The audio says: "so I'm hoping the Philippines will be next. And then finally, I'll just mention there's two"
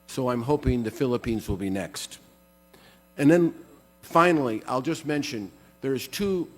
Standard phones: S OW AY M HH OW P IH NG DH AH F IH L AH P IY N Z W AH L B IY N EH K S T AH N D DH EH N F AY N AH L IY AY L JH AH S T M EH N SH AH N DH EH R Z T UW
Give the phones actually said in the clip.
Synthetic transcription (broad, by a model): S OW AY M HH OW P IH NG DH AH F IH L AH P IY N Z W AH L B IY N EH K S T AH N DH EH N F AY N L IY AY L JH AH S T M EH N SH AH N DH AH R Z T UW